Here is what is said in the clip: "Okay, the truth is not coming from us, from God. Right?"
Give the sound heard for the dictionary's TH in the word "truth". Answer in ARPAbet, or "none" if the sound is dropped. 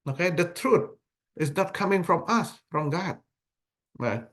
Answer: T